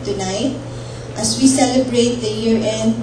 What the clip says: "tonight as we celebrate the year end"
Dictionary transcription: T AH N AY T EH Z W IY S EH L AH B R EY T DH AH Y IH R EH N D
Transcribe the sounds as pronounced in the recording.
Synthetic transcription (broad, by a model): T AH N AY T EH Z W IY S EH L AH B R EY T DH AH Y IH R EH N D